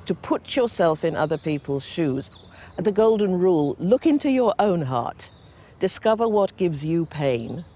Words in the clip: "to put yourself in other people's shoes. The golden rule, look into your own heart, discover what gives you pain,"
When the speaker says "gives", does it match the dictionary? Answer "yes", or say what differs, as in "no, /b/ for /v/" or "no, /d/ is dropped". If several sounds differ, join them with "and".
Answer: yes